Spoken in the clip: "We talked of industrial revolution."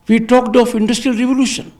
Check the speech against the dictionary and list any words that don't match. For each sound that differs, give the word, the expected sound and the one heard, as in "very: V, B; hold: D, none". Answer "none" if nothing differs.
of: V, P